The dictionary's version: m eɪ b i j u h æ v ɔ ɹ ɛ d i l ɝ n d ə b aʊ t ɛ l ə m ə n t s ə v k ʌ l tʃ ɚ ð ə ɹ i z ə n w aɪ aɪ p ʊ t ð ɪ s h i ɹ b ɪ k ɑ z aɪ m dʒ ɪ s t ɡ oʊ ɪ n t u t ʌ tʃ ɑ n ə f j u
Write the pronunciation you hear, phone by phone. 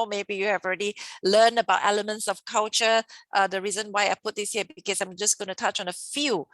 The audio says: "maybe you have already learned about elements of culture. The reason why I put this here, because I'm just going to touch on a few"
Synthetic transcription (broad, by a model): m eɪ b i j u h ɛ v ɔ ɹ ɛ d i l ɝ n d ə b aʊ t ɛ l ə m ə n t s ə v k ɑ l tʃ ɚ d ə ɹ i z ə n w aɪ aɪ p ʊ t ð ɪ s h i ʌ b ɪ k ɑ s aɪ m dʒ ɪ s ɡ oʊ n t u t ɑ tʃ ɑ n ə f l